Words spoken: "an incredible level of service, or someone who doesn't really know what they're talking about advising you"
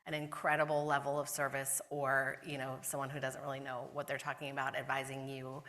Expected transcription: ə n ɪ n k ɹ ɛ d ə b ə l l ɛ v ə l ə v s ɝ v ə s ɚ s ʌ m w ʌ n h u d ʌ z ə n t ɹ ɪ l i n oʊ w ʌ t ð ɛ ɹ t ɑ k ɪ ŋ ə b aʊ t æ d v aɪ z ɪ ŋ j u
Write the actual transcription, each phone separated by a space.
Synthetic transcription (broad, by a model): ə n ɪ n k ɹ ɛ d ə b l l ɛ v l ə v s ɝ v ə s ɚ s ʌ m w ʌ n h u d ʌ z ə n t ɹ ɪ l i n oʊ w ʌ t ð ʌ ɹ t ɑ k ɪ ŋ ə b aʊ t æ d v aɪ z ɪ ŋ j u